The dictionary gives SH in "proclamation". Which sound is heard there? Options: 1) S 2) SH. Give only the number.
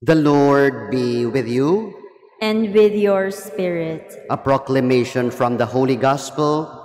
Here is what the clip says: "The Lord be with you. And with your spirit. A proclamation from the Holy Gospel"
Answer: 2